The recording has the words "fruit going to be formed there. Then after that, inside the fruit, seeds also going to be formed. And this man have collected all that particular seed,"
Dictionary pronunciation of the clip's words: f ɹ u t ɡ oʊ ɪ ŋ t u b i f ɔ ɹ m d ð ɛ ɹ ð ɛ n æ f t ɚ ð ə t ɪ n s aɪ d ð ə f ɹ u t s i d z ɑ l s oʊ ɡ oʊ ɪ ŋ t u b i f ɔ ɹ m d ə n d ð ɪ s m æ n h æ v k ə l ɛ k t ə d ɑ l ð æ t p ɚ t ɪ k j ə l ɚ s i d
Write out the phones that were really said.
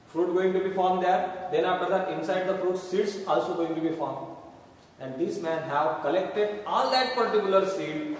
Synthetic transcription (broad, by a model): f ɹ u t ɡ oʊ ɪ ŋ t u b i f ɔ ɹ m d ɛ ɹ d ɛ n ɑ p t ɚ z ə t ɪ n s aɪ d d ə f ɹ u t s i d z ɑ l s oʊ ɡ oʊ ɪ ŋ t u b i f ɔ ɹ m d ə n d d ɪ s m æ n h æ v k ə l ɛ k t ə d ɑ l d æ t p ɚ t ɪ k j ə l ɚ s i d